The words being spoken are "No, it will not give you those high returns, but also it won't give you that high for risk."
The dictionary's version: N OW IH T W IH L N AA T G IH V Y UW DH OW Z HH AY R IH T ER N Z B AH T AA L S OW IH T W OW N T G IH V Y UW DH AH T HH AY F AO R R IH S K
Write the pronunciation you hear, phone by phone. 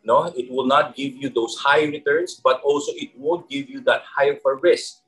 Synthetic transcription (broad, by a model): N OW IH T W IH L N AA T G IH V Y UW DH OW S HH AY R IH T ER N S B AH T AA L S OW IH T W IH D G IH V Y UW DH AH T HH AY F AO R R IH S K